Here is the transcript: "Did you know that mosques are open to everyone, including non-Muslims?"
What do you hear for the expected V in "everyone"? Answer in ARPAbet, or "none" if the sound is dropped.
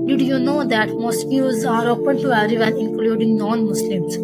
none